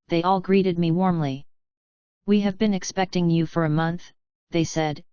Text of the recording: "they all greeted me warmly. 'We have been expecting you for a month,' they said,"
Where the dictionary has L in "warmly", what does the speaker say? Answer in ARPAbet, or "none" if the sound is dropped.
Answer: L